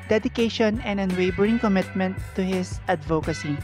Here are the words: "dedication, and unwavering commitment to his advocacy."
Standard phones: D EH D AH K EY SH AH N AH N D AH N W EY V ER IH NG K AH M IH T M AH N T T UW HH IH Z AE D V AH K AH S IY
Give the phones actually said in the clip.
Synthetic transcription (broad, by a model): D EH D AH K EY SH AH N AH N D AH N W EY B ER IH NG K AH M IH T M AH N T T UW HH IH S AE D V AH K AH S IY